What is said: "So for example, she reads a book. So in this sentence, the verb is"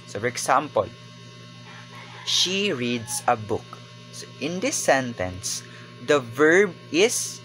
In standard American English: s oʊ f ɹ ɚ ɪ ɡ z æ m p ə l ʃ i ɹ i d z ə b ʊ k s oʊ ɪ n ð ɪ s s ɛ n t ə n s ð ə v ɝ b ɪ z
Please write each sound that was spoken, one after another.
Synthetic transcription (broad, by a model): s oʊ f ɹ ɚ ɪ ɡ s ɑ m p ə l ʃ i ɹ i d s ə b ʊ k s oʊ ɪ n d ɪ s s ɛ n t ə n s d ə v ɝ b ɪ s